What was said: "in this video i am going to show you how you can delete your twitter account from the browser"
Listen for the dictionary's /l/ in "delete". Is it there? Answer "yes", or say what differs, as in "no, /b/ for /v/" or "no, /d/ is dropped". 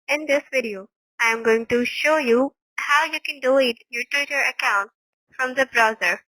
no, /l/ is dropped